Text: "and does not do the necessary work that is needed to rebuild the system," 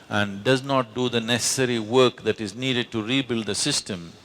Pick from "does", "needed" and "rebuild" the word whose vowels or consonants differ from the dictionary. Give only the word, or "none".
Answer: none